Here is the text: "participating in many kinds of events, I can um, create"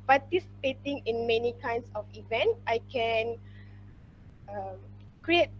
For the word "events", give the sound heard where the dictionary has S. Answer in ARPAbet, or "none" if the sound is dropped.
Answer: none